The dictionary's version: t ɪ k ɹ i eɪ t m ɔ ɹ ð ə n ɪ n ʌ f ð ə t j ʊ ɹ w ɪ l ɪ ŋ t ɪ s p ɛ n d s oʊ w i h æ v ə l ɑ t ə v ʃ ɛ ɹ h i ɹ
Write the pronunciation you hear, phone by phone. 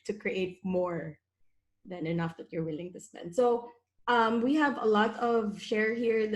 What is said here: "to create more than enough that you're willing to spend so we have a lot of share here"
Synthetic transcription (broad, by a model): t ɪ k ɹ i eɪ t m ɔ ɹ ð ə n ɪ n ʌ f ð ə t j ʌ ɹ w ɪ l ɪ ŋ t ɪ s p ɛ n d s oʊ w i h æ v ə l ɑ t ə v ʃ ɛ ɹ h i ɹ